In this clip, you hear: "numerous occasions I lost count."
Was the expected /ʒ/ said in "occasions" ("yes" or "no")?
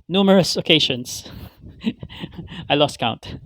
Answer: no